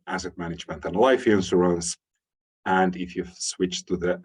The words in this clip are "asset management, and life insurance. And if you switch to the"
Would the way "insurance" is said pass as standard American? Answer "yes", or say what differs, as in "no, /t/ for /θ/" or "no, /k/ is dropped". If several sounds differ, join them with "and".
no, /s/ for /ʃ/